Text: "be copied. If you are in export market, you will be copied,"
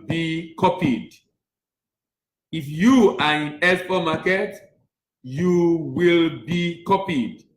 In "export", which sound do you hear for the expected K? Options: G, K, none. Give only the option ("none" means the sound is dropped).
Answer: none